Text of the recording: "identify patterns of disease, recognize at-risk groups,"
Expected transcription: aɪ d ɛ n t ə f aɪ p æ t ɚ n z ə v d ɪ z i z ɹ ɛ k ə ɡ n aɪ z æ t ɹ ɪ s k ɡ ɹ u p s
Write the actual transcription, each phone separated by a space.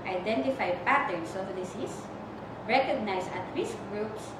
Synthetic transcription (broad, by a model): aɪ d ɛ n t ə f aɪ p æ t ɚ n s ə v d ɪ s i s ɹ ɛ k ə ɡ n aɪ s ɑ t ɹ ɪ s k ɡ ɹ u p s